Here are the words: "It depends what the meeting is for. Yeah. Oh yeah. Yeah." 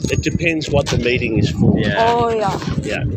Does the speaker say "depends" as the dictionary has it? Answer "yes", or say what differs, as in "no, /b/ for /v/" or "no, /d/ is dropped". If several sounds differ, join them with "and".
yes